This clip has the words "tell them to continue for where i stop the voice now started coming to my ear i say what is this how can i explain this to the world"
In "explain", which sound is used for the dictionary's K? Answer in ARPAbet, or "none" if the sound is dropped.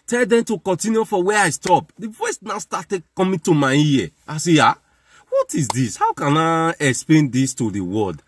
K